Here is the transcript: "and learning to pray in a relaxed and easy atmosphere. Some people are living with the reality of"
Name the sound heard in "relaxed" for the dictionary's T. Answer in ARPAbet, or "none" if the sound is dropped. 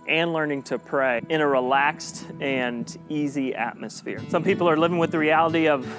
T